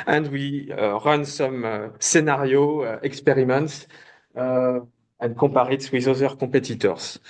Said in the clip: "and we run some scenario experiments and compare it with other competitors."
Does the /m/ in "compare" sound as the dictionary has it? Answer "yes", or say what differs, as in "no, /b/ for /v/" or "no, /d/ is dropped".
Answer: no, /m/ is dropped